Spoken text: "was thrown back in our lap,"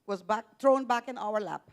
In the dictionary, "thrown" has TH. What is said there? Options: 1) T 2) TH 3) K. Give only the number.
1